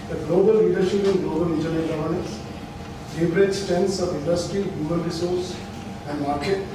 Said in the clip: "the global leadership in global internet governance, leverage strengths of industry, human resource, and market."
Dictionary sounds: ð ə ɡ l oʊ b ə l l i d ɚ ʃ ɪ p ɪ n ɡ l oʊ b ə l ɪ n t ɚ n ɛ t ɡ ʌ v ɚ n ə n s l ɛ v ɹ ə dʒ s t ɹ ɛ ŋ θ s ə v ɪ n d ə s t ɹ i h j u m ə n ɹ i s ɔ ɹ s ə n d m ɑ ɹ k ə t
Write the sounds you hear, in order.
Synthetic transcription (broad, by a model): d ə ɡ l oʊ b ə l l i d ɚ ʃ ɪ p ɪ n ɡ l oʊ b ə l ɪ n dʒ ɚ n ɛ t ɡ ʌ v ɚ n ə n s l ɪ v ɹ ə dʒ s t ɛ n s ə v ɪ n d ə s t ɹ i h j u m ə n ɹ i s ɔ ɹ s ə n d m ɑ ɹ k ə t